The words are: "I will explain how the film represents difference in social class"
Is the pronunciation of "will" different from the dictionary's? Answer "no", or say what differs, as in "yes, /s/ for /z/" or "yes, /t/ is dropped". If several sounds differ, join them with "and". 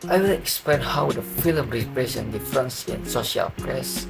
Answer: yes, /n/ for /l/